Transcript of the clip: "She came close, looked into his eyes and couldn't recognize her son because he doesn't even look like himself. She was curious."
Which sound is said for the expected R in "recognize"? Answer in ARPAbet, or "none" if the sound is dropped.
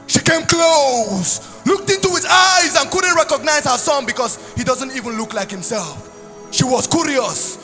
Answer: R